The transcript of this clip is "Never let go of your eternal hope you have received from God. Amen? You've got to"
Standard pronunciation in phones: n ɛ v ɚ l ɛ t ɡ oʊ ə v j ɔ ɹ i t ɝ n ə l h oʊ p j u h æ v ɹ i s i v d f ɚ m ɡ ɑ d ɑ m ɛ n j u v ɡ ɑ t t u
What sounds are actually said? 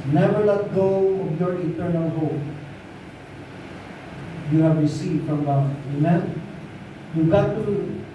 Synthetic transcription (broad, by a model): n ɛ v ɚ l ɛ t ɡ oʊ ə b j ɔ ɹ i t ɝ n ə l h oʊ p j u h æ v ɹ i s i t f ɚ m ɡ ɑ ɑ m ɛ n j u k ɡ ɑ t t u